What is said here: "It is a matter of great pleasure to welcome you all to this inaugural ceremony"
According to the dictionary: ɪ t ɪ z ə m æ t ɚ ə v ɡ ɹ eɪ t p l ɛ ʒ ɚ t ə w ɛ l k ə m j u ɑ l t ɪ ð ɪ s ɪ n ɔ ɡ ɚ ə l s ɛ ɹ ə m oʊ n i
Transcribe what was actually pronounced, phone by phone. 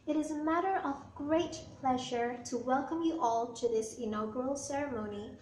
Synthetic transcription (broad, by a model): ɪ t ɪ z ə m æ t ɚ ə v ɡ ɹ eɪ t p l ɛ ʒ ɚ t ə w ɛ l k ə m j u ɑ l t ɪ ð ɪ s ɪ n ɔ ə l s ɛ ɹ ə m oʊ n i